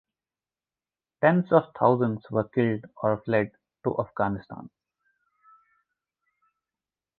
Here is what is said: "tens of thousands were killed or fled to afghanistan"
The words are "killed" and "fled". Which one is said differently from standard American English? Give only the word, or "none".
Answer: none